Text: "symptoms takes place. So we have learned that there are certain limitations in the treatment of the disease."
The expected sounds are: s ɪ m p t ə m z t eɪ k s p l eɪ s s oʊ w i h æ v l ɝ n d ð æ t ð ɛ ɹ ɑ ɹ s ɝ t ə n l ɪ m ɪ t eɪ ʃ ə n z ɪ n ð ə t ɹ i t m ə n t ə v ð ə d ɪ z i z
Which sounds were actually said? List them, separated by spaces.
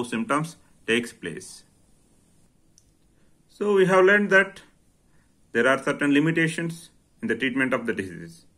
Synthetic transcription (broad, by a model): s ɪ m p t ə m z t eɪ k s p l eɪ s s oʊ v i h æ v l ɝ n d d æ t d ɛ ɹ ɑ ɹ s ɝ t ə n l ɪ m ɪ t eɪ ʃ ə n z ɪ n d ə t ɹ i t m ə n t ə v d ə d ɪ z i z